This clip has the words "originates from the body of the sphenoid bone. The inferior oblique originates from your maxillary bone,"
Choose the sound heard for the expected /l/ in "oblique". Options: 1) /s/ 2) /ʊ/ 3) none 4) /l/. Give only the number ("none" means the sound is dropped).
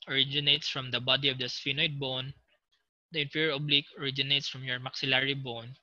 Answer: 4